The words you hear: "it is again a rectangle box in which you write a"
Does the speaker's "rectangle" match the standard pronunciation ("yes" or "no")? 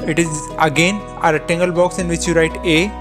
no